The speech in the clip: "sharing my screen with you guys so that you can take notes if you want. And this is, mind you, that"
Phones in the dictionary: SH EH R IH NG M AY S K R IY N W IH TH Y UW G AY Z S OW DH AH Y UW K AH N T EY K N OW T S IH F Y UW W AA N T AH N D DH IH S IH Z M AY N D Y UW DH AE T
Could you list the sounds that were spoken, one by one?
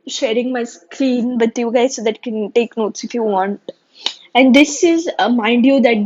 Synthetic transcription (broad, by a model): SH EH R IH NG M AY S K L IY N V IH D Y UW G AY Z S OW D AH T K AH N T EY K N OW T S IH F Y UW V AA N T AH N D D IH S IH Z M AY N D Y UW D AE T